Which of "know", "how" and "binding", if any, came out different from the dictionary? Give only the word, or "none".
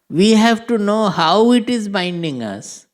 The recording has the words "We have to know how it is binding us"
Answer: none